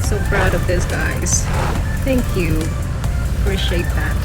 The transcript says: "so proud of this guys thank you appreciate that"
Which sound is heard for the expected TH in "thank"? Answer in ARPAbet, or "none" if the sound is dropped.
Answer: TH